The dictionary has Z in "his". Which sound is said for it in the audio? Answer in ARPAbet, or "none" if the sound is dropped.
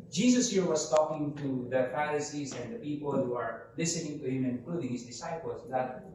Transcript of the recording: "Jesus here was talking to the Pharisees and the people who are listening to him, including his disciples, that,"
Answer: S